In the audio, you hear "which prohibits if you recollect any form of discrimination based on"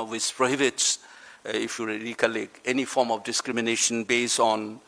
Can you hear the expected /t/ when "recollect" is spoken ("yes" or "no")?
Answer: no